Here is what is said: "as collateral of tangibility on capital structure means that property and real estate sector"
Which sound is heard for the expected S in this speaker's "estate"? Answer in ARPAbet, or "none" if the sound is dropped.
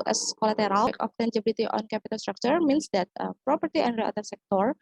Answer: none